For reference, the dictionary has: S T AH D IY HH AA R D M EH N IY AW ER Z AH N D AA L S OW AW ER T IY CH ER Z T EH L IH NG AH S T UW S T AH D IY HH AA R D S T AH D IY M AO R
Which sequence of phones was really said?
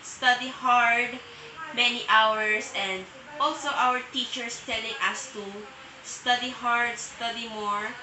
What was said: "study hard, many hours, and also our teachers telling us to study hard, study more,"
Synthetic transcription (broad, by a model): S T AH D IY HH AA R D M EH N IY AW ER S AH N D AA L S OW AW ER T IY CH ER S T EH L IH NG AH S T UW S T AH D IY HH AA R D S T AH D IY M AO R